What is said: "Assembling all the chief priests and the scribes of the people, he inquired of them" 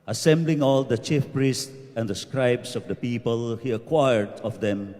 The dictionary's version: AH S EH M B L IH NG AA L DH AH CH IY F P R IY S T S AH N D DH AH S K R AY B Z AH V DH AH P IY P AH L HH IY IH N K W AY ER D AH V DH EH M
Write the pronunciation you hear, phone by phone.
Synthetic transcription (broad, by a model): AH S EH M B L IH NG AA L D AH CH IY F P R IY S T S AH N D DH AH S K R AY B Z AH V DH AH P IY P AH L HH IY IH K W AY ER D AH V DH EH M